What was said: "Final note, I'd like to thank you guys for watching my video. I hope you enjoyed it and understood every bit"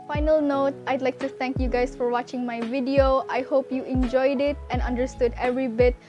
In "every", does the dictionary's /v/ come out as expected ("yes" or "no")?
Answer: yes